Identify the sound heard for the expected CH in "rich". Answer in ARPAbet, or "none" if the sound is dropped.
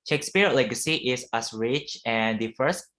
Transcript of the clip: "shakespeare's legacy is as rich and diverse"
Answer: CH